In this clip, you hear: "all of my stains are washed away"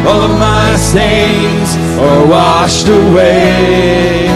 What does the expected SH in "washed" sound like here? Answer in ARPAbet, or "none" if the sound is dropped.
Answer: SH